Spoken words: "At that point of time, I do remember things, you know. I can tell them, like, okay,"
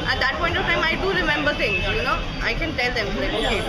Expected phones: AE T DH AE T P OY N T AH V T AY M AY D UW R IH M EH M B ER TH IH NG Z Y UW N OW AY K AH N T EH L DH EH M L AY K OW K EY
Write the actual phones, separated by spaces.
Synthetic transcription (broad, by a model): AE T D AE T P OY N T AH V T AY M AY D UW R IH M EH M B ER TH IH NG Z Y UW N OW AY K AH N T EH L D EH M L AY OW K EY